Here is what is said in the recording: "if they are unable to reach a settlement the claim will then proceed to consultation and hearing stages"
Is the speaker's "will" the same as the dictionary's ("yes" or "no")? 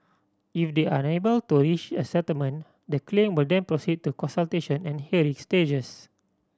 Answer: yes